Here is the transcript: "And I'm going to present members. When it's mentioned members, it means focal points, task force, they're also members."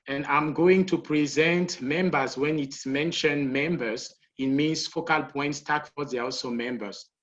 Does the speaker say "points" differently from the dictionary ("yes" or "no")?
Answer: no